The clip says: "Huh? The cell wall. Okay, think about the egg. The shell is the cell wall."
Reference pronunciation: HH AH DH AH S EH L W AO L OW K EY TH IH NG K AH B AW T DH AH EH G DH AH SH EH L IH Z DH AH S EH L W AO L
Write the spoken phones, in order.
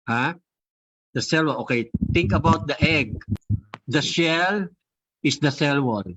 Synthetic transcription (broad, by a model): HH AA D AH S EH L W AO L OW K EY T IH NG K AH B AW T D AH EH G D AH SH EH L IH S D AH S EH L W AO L